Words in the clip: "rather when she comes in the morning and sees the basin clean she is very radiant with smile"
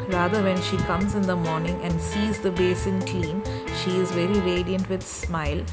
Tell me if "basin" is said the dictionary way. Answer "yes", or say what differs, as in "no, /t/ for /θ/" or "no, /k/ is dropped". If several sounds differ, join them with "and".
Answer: yes